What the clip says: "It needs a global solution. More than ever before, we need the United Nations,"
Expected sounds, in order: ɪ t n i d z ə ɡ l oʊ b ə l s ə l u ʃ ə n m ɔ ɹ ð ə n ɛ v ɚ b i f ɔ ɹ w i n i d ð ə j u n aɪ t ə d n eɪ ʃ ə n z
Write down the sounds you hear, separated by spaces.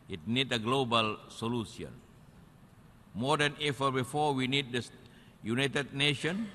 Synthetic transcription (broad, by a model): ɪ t n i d ə ɡ l oʊ b ə l s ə l u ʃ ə n m ɔ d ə n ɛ f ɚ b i f ɔ w i n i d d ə j u n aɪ t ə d n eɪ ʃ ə n